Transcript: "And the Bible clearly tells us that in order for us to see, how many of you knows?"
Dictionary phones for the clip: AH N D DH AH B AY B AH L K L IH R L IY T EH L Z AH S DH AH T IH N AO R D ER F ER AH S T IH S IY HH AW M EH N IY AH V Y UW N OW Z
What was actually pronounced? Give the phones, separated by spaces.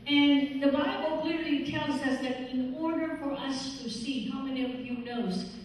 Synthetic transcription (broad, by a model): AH N DH AH B AY B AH L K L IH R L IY T EH L Z AH S DH AH T IH N AO R D ER F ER AH S T IH S IY HH AW M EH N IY AH V Y UW N OW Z